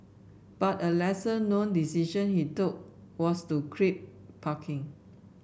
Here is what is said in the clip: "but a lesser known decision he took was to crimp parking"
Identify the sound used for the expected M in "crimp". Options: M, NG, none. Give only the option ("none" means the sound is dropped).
none